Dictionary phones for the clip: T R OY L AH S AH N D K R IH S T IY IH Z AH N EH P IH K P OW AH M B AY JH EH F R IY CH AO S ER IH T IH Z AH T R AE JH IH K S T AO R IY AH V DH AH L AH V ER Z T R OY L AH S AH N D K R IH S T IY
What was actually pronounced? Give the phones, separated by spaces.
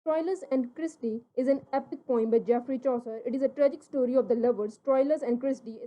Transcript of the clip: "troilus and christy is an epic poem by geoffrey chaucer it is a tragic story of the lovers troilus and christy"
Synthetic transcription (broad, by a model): T R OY L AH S AH N D K R IH S T IY IH Z AH N EH P IH K P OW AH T B AY JH EH F R IY CH AO S ER IH T IH Z AH T R AE JH IH K S T AO R IY AH V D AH L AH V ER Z T R OY L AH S AH N D K R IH S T IY